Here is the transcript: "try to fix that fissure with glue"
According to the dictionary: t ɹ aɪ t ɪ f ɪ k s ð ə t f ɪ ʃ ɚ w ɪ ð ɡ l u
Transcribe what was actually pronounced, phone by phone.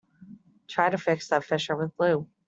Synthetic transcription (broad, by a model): t ɹ aɪ t ɪ f ɪ k s ð ə t f ɪ ʃ ɚ w ɪ ð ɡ l u